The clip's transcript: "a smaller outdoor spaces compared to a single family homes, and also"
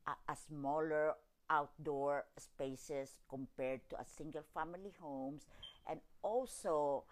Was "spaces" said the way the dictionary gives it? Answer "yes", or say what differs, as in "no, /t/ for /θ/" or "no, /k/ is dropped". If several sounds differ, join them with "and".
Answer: no, /s/ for /z/